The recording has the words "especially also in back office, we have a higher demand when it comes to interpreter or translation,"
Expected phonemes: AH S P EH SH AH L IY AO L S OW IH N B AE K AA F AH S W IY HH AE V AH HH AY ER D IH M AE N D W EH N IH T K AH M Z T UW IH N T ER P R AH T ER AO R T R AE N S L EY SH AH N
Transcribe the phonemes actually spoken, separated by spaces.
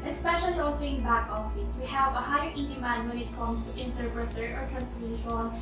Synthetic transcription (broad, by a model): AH S P EH SH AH L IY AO S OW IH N B AE K AA F AH S W IY HH AE V AH HH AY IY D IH M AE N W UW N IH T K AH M S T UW IH N T ER P R AH T ER AO R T R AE N S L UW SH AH N